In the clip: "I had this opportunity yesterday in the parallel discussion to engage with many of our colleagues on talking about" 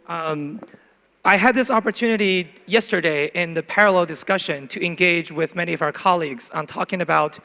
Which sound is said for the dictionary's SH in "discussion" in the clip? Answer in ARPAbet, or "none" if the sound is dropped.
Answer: SH